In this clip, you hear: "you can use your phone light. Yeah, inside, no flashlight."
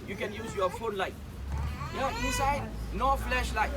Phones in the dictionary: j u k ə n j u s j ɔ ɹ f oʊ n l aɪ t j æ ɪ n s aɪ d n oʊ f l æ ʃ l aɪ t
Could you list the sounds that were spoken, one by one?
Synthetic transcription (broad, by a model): j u k ə n j u s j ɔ f oʊ n l aɪ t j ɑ ɪ n s aɪ d n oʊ f l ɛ ʃ l aɪ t